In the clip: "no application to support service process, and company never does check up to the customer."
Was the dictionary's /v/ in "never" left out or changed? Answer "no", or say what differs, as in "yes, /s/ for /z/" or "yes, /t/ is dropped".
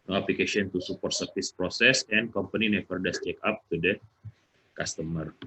yes, /p/ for /v/